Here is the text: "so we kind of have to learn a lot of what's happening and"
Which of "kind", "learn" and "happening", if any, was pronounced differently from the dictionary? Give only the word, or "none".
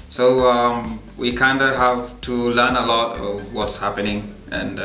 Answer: none